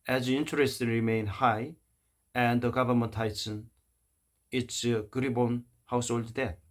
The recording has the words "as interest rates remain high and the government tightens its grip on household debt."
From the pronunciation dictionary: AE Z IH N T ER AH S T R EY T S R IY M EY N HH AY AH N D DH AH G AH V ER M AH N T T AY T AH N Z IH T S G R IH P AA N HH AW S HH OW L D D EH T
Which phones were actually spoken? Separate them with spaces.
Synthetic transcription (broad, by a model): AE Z IH N T ER AH S T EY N R IY M EY N HH AY AH N D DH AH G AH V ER M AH N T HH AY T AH N IH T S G R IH B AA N HH AW S HH OW L D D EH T